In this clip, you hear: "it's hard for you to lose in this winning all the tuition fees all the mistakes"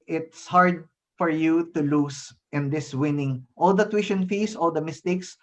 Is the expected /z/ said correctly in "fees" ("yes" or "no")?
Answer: no